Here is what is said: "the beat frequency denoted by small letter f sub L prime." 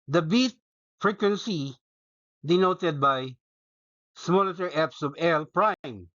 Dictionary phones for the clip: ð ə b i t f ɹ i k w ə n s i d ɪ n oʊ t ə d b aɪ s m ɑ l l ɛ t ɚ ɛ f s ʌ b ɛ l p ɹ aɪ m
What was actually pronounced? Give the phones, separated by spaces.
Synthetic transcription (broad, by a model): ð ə b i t f ɹ i k w ə n s i d ɪ n oʊ t ə d b aɪ s m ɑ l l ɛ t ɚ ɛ p s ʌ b ɛ l p ɹ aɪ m